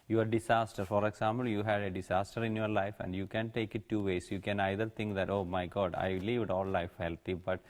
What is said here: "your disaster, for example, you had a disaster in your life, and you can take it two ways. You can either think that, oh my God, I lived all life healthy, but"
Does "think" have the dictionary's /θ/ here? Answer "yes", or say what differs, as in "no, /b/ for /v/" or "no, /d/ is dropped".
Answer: no, /t/ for /θ/